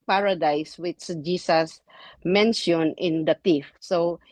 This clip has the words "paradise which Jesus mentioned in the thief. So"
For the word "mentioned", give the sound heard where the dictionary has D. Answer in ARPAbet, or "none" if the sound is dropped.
none